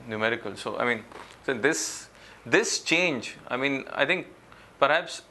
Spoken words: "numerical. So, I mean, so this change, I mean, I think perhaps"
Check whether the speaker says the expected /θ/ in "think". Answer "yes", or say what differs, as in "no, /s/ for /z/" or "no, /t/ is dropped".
no, /t/ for /θ/